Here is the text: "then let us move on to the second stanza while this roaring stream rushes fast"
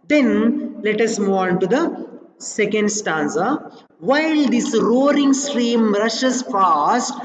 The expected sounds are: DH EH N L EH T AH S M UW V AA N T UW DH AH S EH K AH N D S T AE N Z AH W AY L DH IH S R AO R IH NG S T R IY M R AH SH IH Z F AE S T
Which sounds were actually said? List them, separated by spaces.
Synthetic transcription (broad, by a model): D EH N L EH T AH S M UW AA N T UW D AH S EH K AH N D S T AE N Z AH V AY L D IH S R AO R IH NG S T R IY M R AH SH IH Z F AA S T